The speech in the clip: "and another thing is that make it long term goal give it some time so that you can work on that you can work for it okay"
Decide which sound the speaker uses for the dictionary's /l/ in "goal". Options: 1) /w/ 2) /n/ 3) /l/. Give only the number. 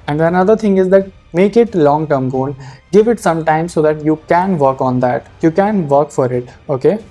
2